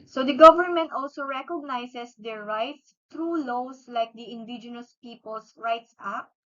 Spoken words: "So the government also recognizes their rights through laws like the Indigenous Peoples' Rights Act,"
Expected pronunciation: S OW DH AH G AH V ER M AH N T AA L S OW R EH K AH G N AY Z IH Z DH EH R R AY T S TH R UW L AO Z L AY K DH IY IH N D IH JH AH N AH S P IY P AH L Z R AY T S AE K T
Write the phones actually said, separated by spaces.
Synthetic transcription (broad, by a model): S OW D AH G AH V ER M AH N T AA L S OW R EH K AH G N AY S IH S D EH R R AY T S T R UW L AO S L AY K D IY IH N D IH JH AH N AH S P IY P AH L S R AY T S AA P